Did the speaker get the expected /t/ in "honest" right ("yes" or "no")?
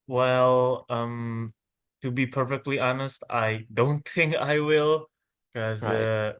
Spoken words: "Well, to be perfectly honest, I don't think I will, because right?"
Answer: yes